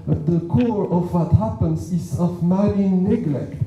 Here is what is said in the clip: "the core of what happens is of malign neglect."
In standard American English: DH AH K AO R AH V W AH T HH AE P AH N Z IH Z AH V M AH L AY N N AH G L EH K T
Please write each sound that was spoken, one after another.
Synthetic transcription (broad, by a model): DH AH K AO R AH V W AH T HH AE P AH N S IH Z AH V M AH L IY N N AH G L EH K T